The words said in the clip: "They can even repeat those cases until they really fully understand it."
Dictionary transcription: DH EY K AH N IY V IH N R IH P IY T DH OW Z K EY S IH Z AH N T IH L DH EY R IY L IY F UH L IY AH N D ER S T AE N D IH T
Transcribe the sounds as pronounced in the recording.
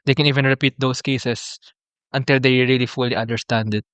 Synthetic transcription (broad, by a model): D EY K AH N IY V IH N R IH P IY T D OW S K EY S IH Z AH N T IH L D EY R IY L IY F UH L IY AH N D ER S T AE N D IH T